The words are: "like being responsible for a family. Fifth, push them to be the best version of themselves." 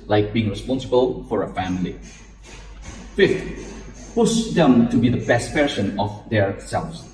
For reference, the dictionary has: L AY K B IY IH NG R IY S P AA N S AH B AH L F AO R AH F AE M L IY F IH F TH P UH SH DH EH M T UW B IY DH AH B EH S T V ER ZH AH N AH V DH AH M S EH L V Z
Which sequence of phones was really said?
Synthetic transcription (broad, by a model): L AY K B IY IH NG R IY S P AA N S AH B AH L F AO R AH F AE M L IY F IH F T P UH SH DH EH M T UW B IY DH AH B EH S T P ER S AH N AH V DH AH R S EH L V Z